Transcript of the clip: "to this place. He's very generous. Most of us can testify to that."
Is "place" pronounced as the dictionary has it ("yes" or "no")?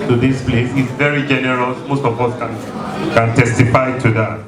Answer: yes